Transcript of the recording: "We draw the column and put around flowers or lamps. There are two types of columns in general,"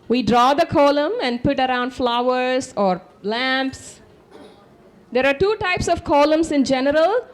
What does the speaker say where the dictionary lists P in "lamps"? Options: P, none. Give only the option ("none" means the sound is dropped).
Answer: P